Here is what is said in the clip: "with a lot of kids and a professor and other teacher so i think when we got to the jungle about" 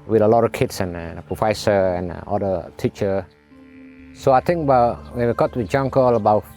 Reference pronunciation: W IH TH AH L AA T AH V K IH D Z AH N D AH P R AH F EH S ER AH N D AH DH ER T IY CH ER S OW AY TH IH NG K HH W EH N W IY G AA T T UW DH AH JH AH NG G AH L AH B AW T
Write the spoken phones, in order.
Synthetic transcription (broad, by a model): W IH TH AH L AA T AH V K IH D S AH N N AH P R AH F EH S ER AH N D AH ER T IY CH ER S OW AY T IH NG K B W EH N W IY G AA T T UW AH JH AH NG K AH L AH B AW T